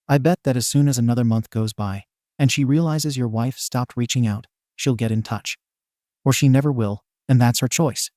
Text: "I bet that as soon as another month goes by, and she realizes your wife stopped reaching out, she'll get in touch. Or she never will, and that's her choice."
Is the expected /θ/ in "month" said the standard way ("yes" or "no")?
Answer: yes